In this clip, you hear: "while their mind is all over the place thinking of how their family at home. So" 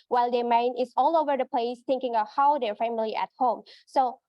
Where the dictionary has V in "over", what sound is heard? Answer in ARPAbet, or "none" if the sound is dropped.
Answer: V